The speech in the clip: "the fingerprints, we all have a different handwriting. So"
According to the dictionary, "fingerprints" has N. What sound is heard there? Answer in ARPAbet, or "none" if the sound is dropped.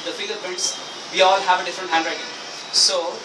none